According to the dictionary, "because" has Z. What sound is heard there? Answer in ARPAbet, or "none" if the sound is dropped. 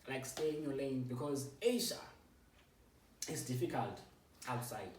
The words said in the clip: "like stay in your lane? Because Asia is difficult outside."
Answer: Z